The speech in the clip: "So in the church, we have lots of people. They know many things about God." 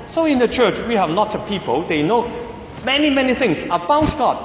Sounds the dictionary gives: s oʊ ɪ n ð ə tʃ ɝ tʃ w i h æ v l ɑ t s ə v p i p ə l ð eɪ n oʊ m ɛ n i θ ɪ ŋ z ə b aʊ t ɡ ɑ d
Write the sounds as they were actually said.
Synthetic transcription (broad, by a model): s oʊ ɪ n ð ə tʃ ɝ tʃ w i h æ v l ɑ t ə p i p ə l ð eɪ n oʊ m ɛ n i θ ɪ ŋ s ə b aʊ t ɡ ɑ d